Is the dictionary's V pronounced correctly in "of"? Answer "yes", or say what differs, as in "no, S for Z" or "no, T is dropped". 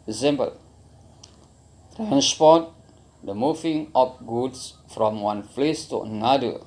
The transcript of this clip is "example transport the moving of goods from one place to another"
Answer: no, P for V